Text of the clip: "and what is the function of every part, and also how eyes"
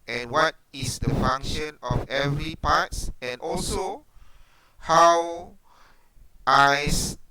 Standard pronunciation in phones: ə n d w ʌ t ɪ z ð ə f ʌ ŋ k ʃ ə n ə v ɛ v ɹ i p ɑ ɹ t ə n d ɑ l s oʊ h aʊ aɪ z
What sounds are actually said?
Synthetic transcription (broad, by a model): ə n w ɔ t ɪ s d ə f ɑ ŋ k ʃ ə n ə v ɛ v ɹ i p ɑ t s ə n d ɑ l s oʊ h aʊ aɪ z